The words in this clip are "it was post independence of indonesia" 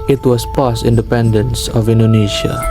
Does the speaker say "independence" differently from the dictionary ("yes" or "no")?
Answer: no